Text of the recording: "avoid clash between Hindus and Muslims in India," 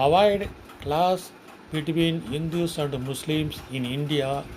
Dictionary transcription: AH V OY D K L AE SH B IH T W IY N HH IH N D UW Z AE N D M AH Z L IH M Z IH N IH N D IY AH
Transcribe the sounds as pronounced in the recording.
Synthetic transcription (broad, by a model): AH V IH D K L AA S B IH T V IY N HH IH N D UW S AE N D M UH S L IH M S IH N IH N D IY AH